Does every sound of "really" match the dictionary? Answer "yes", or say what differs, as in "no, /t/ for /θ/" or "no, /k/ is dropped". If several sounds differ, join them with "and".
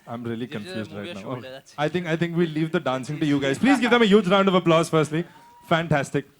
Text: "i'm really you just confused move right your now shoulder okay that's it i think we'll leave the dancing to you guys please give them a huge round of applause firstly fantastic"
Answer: no, /l/ is dropped